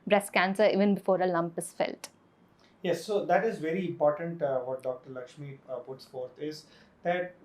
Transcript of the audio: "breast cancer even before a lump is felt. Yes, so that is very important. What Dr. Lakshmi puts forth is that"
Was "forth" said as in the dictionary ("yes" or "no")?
no